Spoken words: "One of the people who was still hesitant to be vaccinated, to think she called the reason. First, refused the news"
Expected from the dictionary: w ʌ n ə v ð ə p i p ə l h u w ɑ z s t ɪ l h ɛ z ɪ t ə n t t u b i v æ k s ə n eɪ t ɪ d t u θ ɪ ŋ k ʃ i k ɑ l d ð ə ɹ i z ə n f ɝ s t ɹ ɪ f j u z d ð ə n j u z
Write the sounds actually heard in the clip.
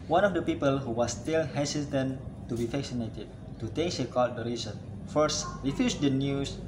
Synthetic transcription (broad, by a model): w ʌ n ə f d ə p i p ə l h u w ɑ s t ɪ l h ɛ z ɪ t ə n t t u b i f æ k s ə n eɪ t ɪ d t u t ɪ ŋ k s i k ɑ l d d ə ɹ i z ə n f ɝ s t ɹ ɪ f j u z d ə n j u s